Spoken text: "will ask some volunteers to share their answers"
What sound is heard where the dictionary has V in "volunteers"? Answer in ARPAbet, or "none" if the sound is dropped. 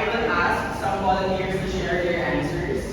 W